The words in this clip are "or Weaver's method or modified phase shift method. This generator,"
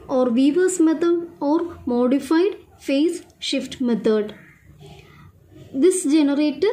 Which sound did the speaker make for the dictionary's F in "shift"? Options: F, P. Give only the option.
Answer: F